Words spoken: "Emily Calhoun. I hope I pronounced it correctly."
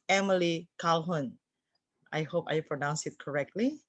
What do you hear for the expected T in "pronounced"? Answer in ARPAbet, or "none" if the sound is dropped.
none